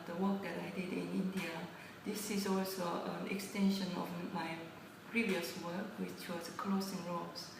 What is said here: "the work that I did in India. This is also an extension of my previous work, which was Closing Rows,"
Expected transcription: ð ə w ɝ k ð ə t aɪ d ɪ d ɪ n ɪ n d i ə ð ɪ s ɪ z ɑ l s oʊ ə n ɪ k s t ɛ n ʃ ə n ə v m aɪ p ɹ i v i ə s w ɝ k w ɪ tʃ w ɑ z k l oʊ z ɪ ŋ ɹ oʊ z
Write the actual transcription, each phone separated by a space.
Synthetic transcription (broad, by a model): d ə w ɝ k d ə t aɪ d ɪ d ɪ n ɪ n d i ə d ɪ s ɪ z ɑ l s oʊ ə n ɪ k s t ɛ n ʃ ə n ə f m aɪ p ɹ i v i ə s w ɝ k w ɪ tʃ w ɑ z k l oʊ s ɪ ŋ ɹ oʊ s